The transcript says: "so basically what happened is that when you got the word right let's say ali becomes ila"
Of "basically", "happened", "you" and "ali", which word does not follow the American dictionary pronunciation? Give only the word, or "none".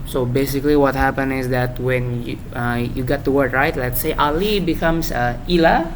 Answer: happened